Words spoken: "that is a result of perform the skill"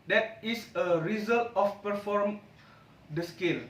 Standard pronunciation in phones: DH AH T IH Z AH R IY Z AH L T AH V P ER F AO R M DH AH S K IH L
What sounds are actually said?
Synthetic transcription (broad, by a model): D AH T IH S AH R IY Z AH L T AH F P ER F AO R M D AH S K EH L